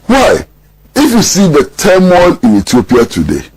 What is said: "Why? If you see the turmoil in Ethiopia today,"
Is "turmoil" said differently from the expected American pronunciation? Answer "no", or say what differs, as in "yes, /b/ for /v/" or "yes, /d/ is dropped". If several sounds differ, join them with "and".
yes, /n/ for /l/